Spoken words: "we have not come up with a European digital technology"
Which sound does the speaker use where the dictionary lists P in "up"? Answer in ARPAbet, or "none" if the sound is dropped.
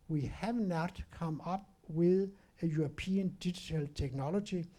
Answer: B